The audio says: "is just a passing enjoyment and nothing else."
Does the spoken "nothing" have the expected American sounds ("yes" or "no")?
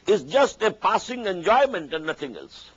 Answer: no